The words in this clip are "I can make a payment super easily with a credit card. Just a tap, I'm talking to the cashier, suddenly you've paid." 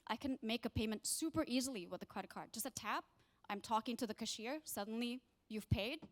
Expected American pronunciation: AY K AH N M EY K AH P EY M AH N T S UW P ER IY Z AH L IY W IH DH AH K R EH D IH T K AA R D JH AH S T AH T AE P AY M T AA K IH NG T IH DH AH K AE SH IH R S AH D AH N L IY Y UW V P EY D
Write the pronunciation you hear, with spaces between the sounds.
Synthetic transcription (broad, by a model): AY K AH N M EY K AH P EY M AH N T S UW P ER IY Z L IY W IH DH AH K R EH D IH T K AA R D JH AH S T AH T AE P AY M T AA K IH NG T IH DH AH K AE SH IH R S AH D N L IY Y UW V P EY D